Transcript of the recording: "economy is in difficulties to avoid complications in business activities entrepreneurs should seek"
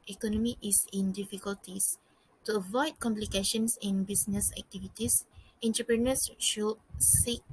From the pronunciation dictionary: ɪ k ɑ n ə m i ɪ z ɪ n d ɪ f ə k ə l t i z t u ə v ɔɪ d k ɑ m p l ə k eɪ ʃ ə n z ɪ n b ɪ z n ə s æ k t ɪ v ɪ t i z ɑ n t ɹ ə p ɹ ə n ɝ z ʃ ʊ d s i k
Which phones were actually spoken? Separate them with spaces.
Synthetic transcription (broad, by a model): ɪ k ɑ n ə m i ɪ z ɪ n d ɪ f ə k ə l t i s t u ə v ɔɪ d k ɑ m p l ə k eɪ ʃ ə n s ɪ n b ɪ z n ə s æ k t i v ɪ t i s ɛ n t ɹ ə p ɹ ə n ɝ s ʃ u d s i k